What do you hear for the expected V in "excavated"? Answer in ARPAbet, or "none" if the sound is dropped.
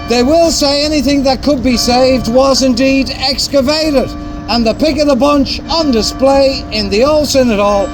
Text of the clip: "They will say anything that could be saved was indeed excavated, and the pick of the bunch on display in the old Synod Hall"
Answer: V